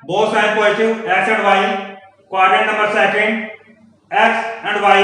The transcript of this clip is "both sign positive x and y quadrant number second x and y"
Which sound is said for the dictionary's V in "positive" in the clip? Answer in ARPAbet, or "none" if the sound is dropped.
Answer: none